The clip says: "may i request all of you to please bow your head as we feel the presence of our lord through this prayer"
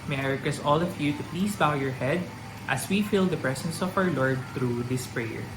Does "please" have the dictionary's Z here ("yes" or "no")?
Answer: no